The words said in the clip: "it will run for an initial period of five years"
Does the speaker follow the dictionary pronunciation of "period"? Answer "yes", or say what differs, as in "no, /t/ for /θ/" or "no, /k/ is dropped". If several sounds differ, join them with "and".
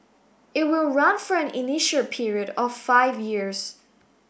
yes